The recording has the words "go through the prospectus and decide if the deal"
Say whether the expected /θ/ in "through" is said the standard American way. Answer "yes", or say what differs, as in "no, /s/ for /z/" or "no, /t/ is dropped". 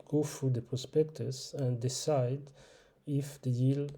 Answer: no, /f/ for /θ/